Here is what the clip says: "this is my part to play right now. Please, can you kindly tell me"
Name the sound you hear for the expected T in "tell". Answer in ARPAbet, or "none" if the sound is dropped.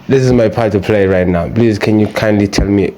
T